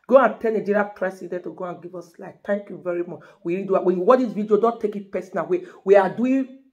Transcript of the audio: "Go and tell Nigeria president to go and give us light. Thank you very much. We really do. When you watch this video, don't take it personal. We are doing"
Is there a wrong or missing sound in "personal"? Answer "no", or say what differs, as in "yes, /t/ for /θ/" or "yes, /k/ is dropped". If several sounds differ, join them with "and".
yes, /w/ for /l/